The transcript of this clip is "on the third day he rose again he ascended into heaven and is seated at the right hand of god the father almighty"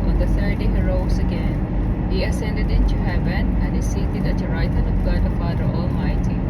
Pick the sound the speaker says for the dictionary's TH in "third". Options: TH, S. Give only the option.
S